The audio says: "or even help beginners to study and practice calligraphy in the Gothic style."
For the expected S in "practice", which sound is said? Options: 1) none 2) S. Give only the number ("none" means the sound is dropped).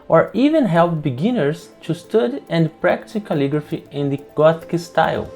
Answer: 1